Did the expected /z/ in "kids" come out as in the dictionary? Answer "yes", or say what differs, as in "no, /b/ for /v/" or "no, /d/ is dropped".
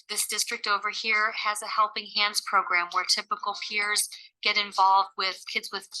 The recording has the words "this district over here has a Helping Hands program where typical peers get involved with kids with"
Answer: yes